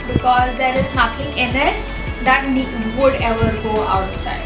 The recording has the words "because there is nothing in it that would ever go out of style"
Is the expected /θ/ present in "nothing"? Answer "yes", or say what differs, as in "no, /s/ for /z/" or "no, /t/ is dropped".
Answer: no, /t/ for /θ/